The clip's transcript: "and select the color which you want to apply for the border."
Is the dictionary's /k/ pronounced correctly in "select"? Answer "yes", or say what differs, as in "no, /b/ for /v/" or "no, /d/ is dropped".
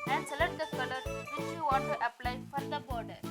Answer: no, /k/ is dropped